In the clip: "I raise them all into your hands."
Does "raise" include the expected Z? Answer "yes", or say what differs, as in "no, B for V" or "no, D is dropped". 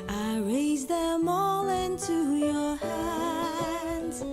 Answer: yes